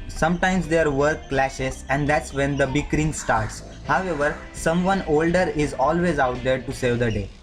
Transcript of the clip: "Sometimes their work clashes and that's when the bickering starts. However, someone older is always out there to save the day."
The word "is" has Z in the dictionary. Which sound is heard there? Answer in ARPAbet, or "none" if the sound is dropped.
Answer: Z